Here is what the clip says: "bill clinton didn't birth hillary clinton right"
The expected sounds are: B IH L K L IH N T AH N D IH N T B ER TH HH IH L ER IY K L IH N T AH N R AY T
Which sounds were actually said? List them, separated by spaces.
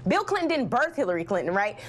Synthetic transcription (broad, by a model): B IH L K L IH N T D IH N B ER TH HH IH L ER IY K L IH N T N R AY T